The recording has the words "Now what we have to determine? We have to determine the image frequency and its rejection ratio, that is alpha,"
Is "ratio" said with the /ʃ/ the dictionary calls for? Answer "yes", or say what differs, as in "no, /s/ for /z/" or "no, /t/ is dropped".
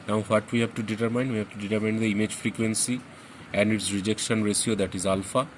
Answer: no, /s/ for /ʃ/